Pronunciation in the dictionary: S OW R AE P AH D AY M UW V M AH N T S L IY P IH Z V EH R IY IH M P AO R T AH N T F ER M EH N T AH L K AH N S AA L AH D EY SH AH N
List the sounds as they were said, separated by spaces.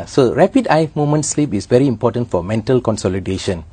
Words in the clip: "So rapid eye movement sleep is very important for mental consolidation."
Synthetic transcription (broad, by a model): S OW R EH P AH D AY M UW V M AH N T S L IY P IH S V EH R IY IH M P AO T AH N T F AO M EH N T AH L K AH N S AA L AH D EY SH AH N